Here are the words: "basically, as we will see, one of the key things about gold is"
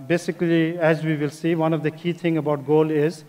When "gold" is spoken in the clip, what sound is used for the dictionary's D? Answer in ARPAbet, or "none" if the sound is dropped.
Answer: none